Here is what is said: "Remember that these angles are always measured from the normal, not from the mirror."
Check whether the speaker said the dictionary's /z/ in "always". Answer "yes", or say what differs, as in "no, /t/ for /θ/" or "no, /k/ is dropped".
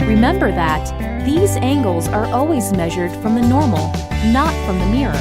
yes